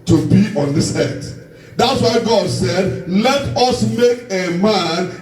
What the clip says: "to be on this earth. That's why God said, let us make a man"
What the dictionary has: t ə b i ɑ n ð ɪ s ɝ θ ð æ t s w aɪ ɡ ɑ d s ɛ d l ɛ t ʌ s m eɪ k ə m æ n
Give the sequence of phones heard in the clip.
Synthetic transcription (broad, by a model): t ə b i ɑ n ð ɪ s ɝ t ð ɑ t s w aɪ ɡ ɑ d s ɛ d l ɛ t ʌ s m eɪ k ə m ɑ n